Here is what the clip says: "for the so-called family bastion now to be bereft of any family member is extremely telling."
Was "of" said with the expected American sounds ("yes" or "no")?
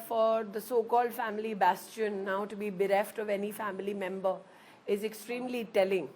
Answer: yes